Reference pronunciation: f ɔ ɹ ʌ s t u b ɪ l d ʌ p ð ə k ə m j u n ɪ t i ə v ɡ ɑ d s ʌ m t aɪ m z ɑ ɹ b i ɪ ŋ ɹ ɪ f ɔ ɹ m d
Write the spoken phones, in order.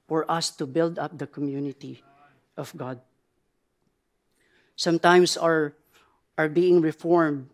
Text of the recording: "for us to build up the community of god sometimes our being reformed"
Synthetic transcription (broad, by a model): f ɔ ɹ ʌ s t u b ɪ l d ʌ p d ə k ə m j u n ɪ t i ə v ɡ ɑ d s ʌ m t aɪ m s ɑ ɹ b i ɪ ŋ ɹ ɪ f ɔ ɹ m d